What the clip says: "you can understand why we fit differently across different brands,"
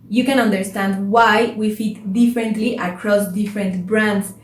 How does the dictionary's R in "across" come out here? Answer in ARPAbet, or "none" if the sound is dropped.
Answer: R